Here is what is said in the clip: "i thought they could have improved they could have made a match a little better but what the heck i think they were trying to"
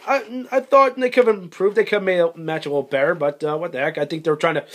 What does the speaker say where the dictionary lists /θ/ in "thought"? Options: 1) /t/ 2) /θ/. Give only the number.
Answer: 2